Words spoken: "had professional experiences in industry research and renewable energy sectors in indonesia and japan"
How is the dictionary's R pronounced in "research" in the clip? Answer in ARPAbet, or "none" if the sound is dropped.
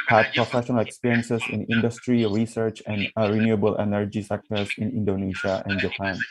R